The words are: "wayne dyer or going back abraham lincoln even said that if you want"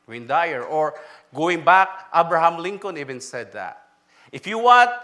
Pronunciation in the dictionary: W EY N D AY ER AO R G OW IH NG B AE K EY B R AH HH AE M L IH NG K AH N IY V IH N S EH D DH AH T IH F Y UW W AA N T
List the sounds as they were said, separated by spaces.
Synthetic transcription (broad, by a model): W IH N D AY ER AO R G OW IH NG B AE K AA B R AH HH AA M L IH NG K AH N IY V IH N S EH D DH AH T IH F Y UW W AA N T